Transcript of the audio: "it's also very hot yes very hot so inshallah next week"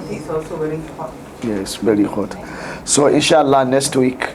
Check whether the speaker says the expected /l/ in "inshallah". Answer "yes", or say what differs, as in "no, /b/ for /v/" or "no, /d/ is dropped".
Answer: yes